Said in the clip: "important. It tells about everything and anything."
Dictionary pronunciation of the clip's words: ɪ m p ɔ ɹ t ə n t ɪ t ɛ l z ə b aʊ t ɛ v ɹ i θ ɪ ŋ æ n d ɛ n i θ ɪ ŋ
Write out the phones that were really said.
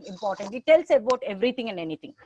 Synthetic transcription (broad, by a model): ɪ m p ɔ ɹ t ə n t ɪ t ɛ l s ə b aʊ t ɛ v ɹ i t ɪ ŋ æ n d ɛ n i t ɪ ŋ